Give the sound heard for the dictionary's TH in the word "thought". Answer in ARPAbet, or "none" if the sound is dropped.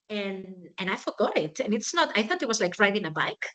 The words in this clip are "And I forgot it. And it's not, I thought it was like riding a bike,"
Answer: TH